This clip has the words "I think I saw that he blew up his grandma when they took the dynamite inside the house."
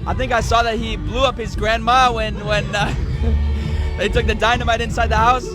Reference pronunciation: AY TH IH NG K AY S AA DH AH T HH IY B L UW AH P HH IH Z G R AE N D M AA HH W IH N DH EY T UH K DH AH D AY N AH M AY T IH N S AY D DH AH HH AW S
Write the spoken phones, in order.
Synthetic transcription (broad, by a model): AY TH IH NG K AY S AA DH AH T HH IY B L UW AH P HH IH Z G R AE N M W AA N W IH N DH EY T UH K DH AH D AY N AH M AY T IH N S AY D DH AH HH AW S